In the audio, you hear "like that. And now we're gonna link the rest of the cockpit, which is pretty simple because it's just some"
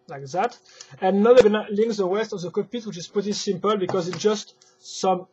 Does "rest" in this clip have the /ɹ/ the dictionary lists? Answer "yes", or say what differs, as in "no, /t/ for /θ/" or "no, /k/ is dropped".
no, /w/ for /ɹ/